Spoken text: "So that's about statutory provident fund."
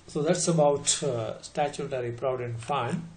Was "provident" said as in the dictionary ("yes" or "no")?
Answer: no